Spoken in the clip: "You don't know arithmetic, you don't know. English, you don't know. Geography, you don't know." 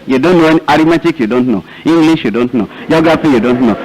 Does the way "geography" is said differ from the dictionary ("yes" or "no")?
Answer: yes